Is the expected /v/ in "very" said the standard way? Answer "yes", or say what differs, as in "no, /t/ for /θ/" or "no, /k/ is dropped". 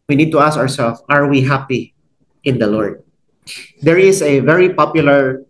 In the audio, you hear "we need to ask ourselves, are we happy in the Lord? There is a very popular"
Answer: yes